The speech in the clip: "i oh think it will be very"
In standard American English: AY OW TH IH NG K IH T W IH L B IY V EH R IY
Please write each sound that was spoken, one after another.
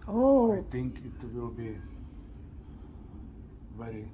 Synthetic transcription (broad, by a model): OW T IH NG K IH T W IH L B IY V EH R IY